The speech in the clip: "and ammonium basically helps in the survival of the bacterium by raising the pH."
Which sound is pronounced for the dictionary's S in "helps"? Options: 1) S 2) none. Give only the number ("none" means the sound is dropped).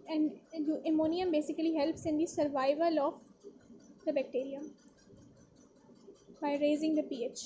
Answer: 1